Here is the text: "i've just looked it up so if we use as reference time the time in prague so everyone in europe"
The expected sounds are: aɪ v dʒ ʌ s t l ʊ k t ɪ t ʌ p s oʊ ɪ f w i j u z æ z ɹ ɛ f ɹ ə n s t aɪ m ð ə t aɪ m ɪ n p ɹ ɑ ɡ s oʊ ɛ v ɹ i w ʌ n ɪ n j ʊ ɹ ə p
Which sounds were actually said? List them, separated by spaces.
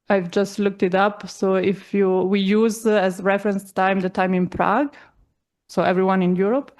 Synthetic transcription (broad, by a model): aɪ v dʒ ʌ s t l ʊ k t ɪ t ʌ p s oʊ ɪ f w i j u z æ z ɹ ɛ f ɹ ə n s t aɪ m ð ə t aɪ m ɪ n p ɹ ɑ ɡ s oʊ ɛ v ɹ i w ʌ n ɪ n j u ɹ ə p